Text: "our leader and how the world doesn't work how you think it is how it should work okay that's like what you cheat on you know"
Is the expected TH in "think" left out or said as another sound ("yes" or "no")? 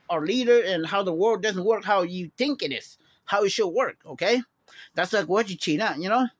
no